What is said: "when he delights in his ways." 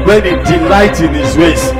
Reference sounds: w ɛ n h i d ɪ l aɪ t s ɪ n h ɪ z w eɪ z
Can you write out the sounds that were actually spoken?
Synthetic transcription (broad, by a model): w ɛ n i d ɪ l aɪ t ɪ n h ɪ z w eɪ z